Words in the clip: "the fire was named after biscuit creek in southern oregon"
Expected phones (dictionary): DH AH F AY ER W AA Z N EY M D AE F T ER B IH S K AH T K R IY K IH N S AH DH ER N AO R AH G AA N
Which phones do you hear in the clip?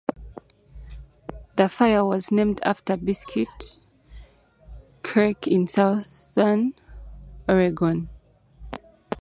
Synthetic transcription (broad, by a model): DH AH F AY ER W AA Z N EY M D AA F T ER B IH S K AH T K AH K IH N S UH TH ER N AO R AH G AA N